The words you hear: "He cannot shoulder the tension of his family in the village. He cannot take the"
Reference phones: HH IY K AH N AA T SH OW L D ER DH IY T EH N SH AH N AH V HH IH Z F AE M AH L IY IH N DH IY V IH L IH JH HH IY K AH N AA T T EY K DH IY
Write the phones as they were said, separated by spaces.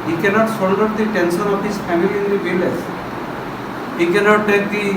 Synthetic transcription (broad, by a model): HH IY K AH N AA T S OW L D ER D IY T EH N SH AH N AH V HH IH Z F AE M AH L IY IH N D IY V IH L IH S HH IY K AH N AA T T EY K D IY